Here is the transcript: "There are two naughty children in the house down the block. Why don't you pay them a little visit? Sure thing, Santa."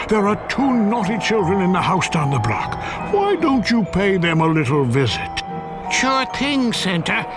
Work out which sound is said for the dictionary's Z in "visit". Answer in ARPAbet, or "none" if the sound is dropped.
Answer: Z